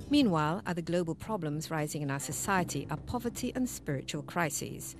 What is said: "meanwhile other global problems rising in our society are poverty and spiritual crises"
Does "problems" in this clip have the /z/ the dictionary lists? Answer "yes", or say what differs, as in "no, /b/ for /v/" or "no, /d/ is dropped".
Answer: yes